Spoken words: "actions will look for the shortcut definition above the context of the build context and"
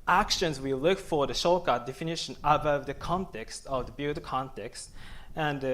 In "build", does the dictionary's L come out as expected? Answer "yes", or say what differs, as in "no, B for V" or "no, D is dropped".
no, L is dropped